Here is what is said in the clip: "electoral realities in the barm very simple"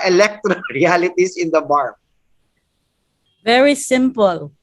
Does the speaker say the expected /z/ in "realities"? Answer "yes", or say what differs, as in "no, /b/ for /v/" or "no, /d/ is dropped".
no, /s/ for /z/